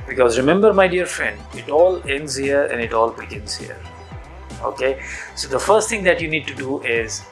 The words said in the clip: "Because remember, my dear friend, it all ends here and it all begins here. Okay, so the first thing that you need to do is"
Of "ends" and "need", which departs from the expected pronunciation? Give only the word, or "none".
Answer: none